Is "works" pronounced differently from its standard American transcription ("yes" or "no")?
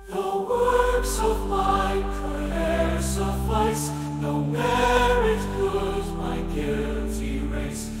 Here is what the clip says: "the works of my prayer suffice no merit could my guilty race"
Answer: no